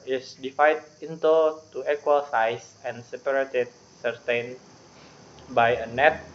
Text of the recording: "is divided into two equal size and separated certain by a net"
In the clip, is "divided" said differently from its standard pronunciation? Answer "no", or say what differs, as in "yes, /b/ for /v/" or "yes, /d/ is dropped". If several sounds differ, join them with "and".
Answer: yes, /f/ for /v/